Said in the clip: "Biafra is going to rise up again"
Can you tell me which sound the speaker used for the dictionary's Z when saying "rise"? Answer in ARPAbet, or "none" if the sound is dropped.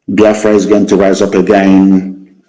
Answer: Z